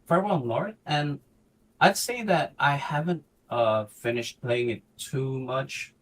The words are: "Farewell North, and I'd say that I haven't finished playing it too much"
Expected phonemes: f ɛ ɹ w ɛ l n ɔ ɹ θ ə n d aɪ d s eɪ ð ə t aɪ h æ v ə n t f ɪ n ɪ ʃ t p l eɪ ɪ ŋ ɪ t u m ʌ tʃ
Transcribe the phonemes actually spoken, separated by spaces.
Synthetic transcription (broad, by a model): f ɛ ɹ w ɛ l l ɔ ɹ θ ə n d aɪ d s eɪ ð ə t aɪ h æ v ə n t f ɪ n ɪ ʃ t p l eɪ ɪ ŋ ɪ t u m ʌ tʃ